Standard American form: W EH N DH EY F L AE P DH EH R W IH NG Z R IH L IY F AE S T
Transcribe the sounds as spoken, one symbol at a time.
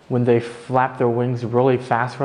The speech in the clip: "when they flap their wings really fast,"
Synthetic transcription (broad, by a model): W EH N DH EY F L AE P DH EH R W IH NG Z R IH L IY F AE S T